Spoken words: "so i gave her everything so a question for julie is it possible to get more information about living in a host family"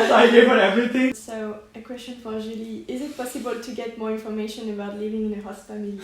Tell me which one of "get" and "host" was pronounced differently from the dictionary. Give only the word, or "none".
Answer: host